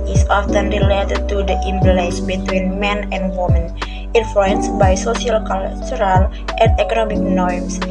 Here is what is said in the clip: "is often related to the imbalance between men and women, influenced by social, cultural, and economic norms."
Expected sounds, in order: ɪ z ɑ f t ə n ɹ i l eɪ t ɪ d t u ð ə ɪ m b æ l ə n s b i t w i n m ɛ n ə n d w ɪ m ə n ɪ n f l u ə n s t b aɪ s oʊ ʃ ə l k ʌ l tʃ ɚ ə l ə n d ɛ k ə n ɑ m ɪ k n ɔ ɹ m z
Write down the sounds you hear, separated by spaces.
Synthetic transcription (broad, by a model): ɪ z ɑ f t ə n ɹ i l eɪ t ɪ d t u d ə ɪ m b l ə s b i t w i n m ɛ n ə n d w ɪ m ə n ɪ n f l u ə n s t b aɪ s oʊ s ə l k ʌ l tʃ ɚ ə l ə n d ɛ k ə n ɑ m ɪ k n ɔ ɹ m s